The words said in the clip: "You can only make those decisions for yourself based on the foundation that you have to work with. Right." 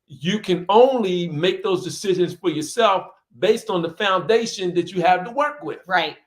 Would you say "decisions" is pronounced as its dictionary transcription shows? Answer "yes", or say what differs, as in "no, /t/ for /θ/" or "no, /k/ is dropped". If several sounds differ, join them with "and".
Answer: yes